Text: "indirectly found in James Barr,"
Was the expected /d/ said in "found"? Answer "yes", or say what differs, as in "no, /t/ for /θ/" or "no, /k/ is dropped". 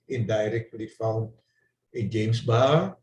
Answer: no, /d/ is dropped